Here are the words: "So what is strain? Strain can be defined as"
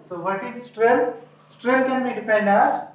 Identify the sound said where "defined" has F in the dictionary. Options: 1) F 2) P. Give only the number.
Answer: 2